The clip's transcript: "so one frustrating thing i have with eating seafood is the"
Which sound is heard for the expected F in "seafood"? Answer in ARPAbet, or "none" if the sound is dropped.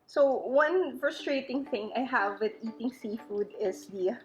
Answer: F